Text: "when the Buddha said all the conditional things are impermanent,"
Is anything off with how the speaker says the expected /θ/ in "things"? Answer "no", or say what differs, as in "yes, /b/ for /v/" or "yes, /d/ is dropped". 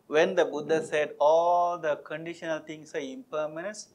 yes, /t/ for /θ/